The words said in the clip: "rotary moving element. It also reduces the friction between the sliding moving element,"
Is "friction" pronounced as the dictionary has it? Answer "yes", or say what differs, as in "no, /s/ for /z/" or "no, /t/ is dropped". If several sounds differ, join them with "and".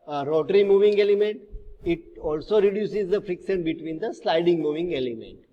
no, /s/ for /ʃ/